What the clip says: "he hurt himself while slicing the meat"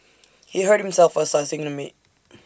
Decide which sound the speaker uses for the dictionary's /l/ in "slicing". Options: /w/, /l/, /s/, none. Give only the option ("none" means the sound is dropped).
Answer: none